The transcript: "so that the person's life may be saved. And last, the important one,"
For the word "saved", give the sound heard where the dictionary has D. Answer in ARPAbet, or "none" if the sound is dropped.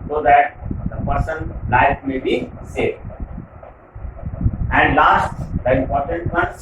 none